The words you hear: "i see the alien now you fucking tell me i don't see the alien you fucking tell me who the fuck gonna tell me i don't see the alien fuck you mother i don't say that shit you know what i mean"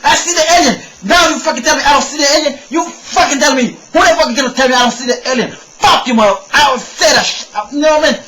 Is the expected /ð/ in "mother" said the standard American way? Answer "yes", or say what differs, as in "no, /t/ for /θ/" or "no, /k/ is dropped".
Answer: no, /ð/ is dropped